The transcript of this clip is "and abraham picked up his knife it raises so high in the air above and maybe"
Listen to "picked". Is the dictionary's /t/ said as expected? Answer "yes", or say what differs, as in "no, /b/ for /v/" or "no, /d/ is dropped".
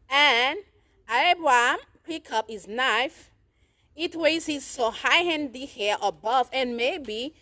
no, /t/ is dropped